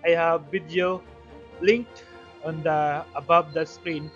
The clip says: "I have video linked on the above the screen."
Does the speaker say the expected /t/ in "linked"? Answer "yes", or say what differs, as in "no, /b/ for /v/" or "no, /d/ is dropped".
no, /t/ is dropped